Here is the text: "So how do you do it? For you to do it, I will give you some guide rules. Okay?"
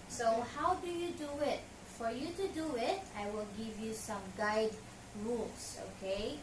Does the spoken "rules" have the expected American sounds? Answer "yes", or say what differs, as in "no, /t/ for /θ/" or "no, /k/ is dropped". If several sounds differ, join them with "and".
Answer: no, /s/ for /z/